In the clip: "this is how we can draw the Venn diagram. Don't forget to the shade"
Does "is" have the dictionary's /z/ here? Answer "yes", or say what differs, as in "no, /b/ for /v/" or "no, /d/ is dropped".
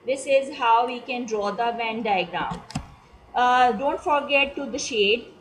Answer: yes